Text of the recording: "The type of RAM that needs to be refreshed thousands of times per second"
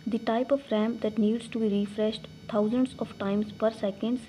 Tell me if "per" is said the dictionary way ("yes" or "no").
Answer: yes